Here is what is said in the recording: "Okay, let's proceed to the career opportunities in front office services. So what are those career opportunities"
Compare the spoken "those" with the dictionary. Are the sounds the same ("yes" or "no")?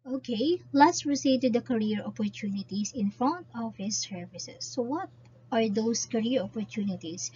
no